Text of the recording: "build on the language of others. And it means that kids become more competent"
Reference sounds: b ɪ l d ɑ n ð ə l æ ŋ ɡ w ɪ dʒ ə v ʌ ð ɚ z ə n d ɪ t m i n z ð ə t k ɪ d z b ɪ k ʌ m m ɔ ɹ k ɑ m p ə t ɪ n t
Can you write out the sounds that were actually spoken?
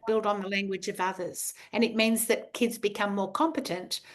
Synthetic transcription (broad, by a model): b ɪ l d n ð ə l æ ŋ ɡ w ɪ dʒ ə v ʌ ð ɚ z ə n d ɪ t m i n z ð ə t k ɪ d z b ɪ k ʌ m m ɔ ɹ k ɑ m p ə t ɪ n t